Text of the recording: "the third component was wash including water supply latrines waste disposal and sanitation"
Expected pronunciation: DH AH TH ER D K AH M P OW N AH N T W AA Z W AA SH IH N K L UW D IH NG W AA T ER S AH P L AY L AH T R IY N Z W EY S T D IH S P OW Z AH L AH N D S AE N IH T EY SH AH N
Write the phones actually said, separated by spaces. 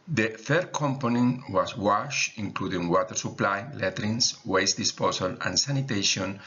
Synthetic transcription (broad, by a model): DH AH F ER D K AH M P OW N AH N W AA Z W AA SH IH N K L UW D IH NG W AA T ER S AH P L AY L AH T R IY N S W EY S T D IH S P OW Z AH L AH N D S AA N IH T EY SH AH N